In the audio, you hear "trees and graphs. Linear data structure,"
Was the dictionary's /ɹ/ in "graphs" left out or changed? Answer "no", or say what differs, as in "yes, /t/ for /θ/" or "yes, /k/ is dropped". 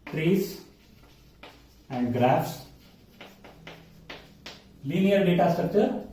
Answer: no